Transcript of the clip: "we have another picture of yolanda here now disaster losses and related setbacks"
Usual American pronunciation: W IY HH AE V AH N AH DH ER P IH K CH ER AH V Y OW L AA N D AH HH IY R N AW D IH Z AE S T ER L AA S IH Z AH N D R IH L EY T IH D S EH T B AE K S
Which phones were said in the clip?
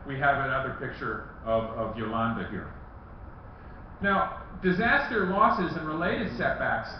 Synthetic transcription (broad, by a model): W IY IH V AH N AH DH ER P IH K CH ER AH V Y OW L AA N D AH HH IY R N AW D IH Z AE S T ER L AA S IH Z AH N R IH L EY T IH D S EH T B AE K S